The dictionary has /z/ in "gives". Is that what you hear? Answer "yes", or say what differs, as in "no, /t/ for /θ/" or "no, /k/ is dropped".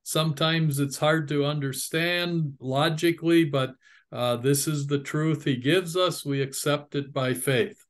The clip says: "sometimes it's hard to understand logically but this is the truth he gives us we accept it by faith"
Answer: yes